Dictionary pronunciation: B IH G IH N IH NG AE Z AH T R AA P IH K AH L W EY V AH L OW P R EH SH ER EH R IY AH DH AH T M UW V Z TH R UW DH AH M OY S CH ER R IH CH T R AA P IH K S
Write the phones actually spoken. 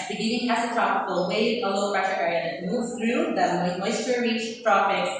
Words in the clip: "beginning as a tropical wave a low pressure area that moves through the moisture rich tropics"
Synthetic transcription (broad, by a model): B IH G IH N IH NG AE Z AH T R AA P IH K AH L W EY F AH L OW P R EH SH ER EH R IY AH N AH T M UW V TH R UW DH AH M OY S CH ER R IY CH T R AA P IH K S